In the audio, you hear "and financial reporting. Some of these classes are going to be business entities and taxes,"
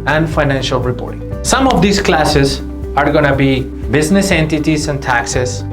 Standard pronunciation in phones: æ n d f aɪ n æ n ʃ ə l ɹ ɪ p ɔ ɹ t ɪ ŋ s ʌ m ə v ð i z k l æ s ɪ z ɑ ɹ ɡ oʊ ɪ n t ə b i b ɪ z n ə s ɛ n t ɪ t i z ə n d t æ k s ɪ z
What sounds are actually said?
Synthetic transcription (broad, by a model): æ n d f aɪ n æ n ʃ ə l ɹ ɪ p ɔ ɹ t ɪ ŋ s ʌ m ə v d i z k l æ s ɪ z ɑ ɹ ɡ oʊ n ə b i b ɪ z n ə s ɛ n t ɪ t i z ə n d t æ k s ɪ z